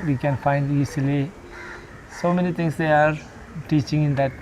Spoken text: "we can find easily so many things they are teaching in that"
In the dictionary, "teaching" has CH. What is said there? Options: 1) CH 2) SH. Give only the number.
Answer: 1